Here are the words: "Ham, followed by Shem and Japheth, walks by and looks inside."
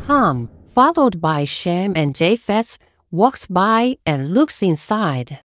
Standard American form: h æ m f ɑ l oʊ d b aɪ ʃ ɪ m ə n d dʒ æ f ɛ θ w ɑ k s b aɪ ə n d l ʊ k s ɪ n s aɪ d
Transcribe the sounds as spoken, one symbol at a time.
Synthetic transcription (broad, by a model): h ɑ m f ɑ l oʊ d b aɪ ʃ ɪ m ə n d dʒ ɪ f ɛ s w ɑ k s b aɪ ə n l ʊ k s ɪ n s aɪ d